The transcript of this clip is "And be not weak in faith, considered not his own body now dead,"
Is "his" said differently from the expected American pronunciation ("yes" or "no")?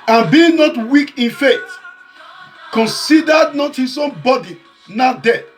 yes